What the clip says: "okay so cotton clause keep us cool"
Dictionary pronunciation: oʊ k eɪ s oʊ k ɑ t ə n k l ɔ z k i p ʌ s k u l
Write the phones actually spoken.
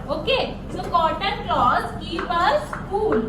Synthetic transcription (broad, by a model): oʊ k eɪ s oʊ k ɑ t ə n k l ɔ s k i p ʌ s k u l